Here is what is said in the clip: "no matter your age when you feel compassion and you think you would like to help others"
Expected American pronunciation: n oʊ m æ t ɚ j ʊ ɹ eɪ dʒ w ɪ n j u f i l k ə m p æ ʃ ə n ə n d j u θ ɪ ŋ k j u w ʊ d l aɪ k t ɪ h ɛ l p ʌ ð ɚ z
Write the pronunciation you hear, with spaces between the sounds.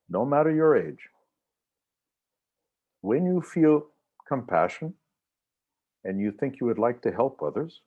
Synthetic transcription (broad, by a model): n oʊ m æ t ɚ j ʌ ɹ eɪ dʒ w ɪ n j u f i l k ə m p æ ʃ ə n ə n j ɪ θ ɪ ŋ k j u w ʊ d l aɪ k t ɪ h ɛ l p ʌ ð ɚ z